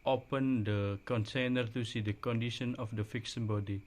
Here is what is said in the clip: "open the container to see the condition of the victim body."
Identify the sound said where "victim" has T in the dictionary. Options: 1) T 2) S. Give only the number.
2